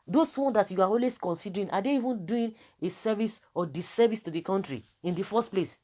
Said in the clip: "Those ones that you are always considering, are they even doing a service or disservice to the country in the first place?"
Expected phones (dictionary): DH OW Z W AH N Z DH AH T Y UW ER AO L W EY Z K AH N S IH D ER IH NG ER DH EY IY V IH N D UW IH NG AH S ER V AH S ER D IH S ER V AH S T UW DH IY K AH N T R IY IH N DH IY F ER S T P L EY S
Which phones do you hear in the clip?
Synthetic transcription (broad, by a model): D OW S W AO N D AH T Y UW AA AO L W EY S K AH N S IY D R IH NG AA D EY IY V IH N D UW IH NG AH S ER V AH S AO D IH S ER V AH S T UW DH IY K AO N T R IY IH N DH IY F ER S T P L EY S